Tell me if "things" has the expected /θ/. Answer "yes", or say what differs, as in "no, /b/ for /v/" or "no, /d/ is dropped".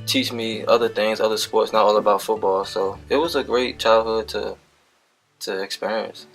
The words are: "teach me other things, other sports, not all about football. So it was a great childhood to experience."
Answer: yes